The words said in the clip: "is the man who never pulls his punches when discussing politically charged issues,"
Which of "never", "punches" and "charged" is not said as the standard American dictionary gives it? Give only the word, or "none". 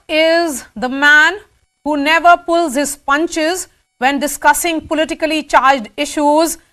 none